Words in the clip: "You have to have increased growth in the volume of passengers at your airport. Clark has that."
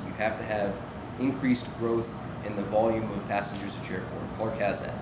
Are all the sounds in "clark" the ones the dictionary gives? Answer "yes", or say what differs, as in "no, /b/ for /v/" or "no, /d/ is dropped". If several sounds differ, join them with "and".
no, /l/ is dropped